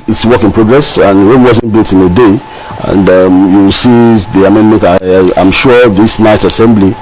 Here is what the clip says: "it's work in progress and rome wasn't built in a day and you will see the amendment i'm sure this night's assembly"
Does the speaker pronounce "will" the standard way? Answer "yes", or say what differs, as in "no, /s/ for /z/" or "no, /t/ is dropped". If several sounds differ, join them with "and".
yes